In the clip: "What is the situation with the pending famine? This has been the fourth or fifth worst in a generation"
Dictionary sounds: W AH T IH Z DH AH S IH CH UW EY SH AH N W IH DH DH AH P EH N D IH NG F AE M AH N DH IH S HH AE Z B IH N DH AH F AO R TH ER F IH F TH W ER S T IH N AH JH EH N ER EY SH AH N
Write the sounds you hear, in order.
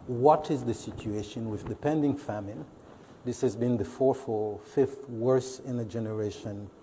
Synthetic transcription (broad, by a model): W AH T IH Z DH AH S IH CH UW EY SH AH N W IH DH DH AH P EH N D IH NG F AE M AH N DH IH S HH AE Z B IH N DH AH F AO R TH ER F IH F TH W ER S IH N AH JH EH N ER EY SH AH N